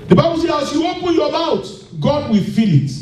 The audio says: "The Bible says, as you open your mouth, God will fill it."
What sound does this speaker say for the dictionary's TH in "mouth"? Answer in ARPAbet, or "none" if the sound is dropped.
T